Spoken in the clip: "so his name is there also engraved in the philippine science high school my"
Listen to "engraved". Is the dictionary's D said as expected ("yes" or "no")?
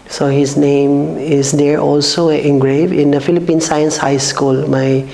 no